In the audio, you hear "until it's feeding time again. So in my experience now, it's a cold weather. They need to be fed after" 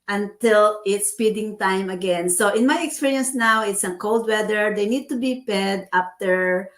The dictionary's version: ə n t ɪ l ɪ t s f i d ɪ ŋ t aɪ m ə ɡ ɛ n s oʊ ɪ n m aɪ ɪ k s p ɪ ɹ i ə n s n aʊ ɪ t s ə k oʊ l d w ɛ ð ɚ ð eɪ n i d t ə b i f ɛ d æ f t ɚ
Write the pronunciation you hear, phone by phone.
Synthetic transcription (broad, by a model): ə n t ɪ l ɪ t s p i d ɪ ŋ t aɪ m ə ɡ ɛ n s oʊ ɪ n m aɪ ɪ k s p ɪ ɹ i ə n s n aʊ ɪ t s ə k oʊ l d w ɛ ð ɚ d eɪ n i d t ə b i p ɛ d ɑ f t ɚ